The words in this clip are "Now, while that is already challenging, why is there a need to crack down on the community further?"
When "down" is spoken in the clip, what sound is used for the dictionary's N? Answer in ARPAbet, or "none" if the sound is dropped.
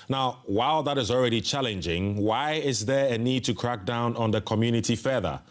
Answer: N